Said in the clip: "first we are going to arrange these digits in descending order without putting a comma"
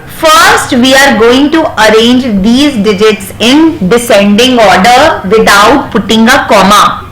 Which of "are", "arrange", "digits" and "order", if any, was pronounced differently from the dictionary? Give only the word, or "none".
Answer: none